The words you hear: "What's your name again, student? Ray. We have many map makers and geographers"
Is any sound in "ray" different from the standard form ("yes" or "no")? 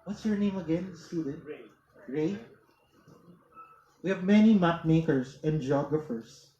no